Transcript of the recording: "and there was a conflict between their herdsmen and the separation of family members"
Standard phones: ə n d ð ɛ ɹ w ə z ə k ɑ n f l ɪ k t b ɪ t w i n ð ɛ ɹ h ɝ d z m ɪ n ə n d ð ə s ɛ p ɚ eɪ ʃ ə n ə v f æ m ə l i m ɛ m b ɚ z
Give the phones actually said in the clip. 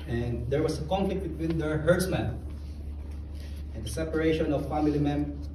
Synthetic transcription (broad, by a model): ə n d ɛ ɹ w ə s ə k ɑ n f l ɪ k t b ɪ t w i n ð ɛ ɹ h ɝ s m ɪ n ə n d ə s ɛ p ɚ eɪ ʃ ə n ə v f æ m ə l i m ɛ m